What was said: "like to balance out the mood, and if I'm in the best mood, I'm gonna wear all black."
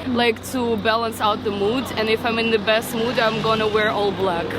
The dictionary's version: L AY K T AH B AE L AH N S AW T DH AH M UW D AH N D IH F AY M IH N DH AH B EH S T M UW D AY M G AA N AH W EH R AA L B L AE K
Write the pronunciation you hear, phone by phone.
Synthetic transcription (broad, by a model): L AY K T AH B AE L AH N S AW T DH AH M UW D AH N IH F AY M IH N DH AH B EH S T M UW D AY M G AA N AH W EH R AA L B L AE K